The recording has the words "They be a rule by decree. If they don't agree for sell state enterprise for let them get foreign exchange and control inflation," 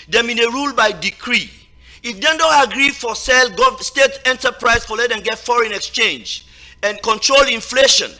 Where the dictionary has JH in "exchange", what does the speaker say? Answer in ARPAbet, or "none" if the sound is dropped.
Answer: JH